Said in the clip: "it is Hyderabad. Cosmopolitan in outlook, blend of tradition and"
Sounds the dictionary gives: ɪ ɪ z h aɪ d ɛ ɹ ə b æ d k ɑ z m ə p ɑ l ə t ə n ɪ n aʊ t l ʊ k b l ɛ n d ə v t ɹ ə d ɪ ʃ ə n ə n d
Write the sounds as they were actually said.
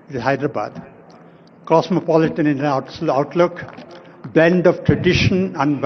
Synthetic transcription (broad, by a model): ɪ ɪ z h aɪ d ɹ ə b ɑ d k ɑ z m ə p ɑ l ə t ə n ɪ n aʊ t l ʊ k b ɛ n d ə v t ɹ ə d ɪ ʃ ə n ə n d